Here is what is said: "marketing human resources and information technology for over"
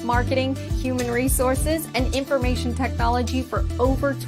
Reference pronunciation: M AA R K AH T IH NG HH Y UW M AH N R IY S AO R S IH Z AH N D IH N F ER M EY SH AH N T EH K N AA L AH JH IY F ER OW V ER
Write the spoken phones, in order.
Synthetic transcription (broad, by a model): M AA R K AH T IH NG HH Y UW M AH N R IY S AO R S IH Z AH N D IH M F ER M EY SH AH N T EH K N AA L AH JH IY F ER OW V ER